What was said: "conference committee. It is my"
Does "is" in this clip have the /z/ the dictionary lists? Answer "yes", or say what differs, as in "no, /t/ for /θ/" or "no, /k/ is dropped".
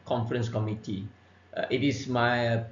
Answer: no, /s/ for /z/